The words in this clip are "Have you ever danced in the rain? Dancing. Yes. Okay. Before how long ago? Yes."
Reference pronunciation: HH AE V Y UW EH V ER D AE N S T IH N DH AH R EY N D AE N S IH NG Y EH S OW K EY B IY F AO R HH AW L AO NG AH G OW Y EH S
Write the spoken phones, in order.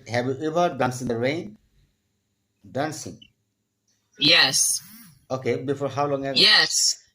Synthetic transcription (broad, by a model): HH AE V Y UW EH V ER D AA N S IH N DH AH R EY N D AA N S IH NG Y EH S OW K EY B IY F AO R HH AW L AO NG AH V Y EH S